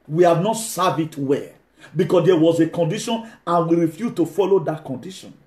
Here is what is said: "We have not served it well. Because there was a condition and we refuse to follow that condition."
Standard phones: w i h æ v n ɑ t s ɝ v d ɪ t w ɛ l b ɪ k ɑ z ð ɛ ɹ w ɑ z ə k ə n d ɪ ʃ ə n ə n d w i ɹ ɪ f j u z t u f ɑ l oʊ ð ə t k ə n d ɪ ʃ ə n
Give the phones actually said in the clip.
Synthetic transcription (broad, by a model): w i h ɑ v n ɑ t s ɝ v ɪ t w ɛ b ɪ k ɑ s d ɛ w ɑ z ə k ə n d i ʃ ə n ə n w i ɹ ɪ f j u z t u f ɑ l oʊ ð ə t k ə n d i ʃ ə n